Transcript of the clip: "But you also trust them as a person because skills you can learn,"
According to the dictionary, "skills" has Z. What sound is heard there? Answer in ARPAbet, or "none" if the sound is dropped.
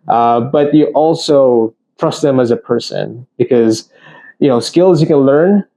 Z